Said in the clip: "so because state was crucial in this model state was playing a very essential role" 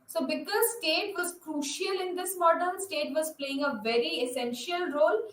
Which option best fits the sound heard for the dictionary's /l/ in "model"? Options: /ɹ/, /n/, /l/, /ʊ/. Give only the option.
/n/